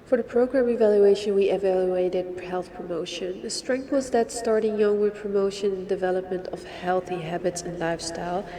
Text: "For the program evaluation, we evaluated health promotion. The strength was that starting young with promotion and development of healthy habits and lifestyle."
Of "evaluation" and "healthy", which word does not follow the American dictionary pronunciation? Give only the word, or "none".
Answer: none